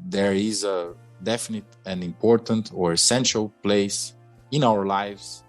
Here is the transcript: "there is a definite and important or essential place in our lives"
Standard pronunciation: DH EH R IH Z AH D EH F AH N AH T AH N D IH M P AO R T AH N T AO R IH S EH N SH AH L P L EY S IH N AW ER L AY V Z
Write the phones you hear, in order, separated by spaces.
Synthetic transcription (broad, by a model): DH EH R IH Z AH D EH F AH N AH T AH N D IH M P AO R T AH N T AO R IH S EH N SH AH L P L EY S IH N AW ER L AY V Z